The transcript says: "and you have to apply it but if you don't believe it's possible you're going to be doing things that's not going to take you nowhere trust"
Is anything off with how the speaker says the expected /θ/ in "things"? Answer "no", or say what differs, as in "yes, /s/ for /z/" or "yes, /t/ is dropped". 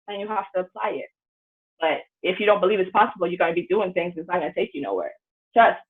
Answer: no